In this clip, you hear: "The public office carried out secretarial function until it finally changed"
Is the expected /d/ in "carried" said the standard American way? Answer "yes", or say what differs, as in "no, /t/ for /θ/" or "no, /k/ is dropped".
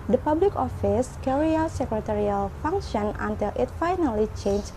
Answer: no, /d/ is dropped